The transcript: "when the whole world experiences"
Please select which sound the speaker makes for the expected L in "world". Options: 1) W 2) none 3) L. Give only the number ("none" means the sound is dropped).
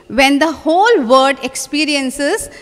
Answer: 2